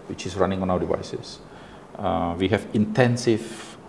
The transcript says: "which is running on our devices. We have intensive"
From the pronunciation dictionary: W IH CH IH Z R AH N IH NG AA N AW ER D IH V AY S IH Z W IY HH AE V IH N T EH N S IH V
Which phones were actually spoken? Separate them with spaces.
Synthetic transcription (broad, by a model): W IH CH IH S R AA N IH NG AA N AW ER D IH V AY S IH S W IY HH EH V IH N T EH N S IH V